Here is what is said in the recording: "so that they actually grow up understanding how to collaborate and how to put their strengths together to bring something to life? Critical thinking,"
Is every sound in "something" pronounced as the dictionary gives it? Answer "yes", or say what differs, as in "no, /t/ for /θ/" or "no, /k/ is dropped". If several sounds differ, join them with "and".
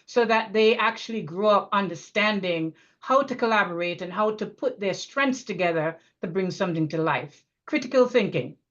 yes